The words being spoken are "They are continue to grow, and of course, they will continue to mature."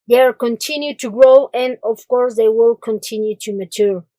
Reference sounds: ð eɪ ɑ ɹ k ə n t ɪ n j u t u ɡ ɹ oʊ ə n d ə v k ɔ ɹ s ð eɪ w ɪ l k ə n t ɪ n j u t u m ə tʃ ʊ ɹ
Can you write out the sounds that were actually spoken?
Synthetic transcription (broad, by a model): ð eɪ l k ə n t ɪ n j u t u ɡ ɹ oʊ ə n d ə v k ɔ ɹ s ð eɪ w ɪ l k ə n t ɪ n j u t u m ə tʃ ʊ ɹ